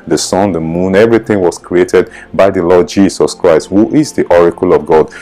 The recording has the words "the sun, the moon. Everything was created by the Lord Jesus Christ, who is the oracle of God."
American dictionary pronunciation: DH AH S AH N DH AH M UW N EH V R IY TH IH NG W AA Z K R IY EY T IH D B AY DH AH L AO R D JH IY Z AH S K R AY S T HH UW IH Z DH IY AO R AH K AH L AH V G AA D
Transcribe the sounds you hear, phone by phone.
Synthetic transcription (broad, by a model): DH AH S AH N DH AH M UW N EH V R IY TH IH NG W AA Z K R IY EY T IH D B AY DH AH L AO D JH IY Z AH S K R AY S T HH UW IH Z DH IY AO R AH K AH L AH V G AA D